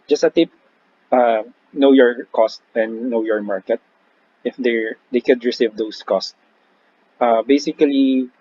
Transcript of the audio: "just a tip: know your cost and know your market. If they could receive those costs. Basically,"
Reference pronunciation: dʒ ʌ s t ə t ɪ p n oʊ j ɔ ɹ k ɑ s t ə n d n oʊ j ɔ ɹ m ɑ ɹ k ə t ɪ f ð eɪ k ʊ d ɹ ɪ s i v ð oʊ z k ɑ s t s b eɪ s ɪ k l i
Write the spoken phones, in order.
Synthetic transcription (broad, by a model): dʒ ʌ s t ə t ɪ p n oʊ j ɔ ɹ k ɑ s t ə n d n oʊ j ɔ ɹ m ɑ ɹ k ə t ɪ f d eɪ k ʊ d ɹ ɪ s i v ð oʊ s k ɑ s t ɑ b eɪ s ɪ k l i